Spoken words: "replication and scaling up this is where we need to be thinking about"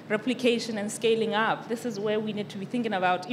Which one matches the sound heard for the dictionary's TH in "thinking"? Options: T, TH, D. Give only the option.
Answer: TH